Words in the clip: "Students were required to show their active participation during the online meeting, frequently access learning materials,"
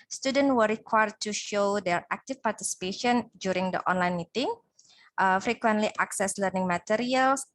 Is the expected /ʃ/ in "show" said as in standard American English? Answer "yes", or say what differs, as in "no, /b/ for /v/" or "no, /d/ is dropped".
yes